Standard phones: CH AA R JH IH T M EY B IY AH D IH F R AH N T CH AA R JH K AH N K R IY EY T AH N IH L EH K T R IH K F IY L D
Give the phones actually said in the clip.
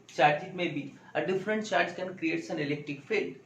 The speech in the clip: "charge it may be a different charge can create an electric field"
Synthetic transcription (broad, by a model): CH AA R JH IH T M EY B IY AH D IH F R AH N T CH AA R JH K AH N K R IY EY T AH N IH L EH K T IH K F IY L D